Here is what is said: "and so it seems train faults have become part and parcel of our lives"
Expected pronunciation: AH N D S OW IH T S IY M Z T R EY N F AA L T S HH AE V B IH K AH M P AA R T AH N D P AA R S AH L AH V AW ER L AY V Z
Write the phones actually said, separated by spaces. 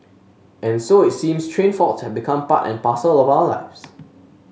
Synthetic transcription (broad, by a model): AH N S OW IH T S IY M S T R EY N F AA T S HH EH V B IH K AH M P AA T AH N P AA S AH L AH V AW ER L AY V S